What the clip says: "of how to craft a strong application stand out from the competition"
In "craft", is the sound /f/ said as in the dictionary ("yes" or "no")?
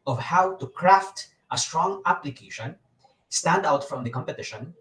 yes